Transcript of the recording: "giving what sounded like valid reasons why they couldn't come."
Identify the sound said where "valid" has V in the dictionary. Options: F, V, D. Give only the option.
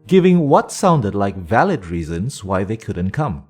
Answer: V